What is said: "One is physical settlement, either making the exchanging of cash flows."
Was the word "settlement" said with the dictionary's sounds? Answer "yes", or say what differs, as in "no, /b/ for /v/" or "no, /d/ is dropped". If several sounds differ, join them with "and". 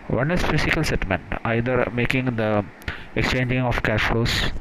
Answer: no, /l/ is dropped